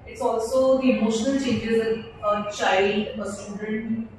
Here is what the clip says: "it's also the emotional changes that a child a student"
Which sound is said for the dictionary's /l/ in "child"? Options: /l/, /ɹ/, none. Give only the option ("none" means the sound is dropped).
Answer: none